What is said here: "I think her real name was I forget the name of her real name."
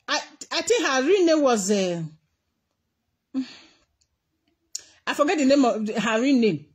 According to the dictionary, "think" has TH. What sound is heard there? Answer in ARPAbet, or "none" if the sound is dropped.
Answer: T